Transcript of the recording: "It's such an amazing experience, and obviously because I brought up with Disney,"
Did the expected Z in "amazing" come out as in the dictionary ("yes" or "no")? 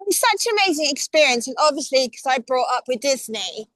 yes